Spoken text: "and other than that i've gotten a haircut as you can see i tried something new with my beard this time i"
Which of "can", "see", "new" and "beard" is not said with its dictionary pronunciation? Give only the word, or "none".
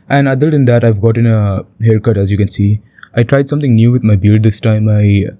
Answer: beard